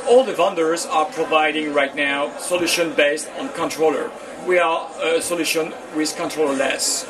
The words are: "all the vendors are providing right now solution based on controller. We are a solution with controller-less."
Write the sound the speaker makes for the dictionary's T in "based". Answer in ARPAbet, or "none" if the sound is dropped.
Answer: T